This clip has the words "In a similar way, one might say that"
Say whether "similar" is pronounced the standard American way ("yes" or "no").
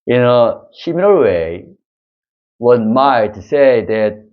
no